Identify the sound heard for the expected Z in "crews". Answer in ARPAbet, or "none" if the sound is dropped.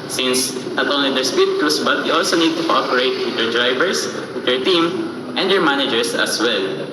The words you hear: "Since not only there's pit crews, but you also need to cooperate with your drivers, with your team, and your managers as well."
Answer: S